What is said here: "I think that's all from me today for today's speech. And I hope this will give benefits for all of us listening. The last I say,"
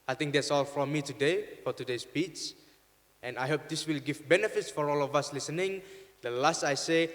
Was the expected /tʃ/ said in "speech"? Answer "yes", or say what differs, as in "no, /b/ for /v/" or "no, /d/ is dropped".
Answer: no, /s/ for /tʃ/